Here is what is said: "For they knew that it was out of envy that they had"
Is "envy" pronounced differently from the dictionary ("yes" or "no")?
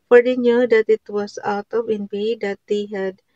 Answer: yes